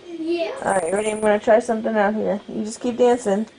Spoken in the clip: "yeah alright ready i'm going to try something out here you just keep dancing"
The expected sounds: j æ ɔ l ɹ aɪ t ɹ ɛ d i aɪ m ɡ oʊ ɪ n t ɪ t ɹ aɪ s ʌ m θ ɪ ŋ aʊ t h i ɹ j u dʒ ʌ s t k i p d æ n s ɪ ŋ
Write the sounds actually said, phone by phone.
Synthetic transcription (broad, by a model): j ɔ ɹ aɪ ɹ ɛ d i aɪ m ɡ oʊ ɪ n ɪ t ɹ aɪ s ʌ m θ ɪ ŋ aʊ t h i ɹ j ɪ dʒ ʌ s k i p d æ n s ɪ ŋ